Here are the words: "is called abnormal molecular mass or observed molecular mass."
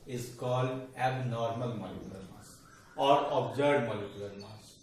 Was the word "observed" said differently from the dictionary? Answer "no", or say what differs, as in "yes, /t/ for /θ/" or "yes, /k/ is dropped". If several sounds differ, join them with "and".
yes, /v/ is dropped